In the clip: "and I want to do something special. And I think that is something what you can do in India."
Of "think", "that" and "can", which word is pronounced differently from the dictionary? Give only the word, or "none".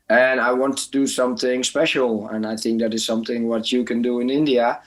none